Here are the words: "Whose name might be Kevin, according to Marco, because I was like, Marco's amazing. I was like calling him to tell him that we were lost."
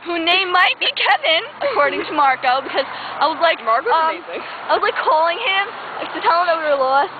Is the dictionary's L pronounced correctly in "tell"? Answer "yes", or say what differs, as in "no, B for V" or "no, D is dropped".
no, N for L